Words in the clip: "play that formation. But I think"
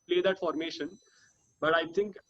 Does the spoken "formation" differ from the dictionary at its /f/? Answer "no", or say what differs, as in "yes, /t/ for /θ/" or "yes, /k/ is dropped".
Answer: no